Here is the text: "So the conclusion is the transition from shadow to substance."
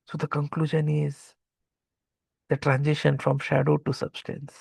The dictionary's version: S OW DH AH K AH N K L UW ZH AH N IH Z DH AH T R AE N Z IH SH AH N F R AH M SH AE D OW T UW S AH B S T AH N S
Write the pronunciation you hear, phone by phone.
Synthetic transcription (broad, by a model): S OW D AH K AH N K L UW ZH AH N IH Z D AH T R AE N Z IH SH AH N F R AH M SH AE D OW T UW S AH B S T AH N S